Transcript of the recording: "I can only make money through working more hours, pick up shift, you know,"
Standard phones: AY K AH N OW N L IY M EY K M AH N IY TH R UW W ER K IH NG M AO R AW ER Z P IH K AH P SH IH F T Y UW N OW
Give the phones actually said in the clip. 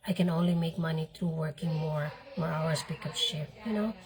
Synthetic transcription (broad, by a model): AY K AH N OW N L IY M EY K M AH N IY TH R UW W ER K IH NG M AO R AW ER S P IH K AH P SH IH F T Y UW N OW